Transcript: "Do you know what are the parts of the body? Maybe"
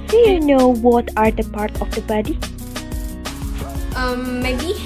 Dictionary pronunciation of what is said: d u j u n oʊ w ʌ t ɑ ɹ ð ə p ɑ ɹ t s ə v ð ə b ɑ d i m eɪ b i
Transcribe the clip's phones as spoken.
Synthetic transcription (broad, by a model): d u j u n oʊ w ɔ t ɑ ɹ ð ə p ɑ ɹ t ə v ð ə b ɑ d i m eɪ b i